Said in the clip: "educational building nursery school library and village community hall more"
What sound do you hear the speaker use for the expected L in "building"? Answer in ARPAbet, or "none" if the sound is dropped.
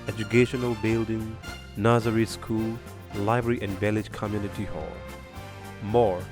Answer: L